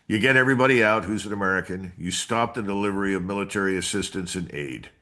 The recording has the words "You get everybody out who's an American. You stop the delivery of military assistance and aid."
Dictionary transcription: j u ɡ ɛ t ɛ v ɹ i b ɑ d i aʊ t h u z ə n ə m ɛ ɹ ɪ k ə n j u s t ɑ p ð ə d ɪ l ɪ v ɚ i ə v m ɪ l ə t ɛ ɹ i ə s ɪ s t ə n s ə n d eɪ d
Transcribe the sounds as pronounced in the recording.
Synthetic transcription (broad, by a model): j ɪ ɡ ɛ t ɛ v ɹ i b ɑ d i aʊ t h u z ə n ə m ɛ ɹ ɪ k ə n j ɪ s t ɑ p ð ə d ɪ l ɪ v ɚ i ə v m ɪ l ə t ɛ ɹ i ə s ɪ s t ə n s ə n eɪ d